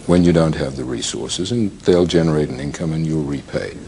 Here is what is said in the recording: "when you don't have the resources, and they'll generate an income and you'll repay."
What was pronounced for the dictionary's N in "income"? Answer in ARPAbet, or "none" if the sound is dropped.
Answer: N